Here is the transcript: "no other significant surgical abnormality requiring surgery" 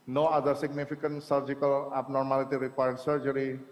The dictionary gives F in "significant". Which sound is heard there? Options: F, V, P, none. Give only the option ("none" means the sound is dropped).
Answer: P